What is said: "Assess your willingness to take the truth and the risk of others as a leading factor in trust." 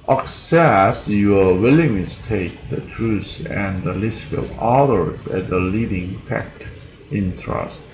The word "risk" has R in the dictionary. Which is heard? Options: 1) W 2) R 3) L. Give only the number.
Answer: 3